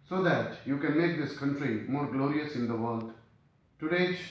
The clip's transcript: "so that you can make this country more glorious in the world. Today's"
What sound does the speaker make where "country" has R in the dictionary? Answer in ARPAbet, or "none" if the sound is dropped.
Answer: R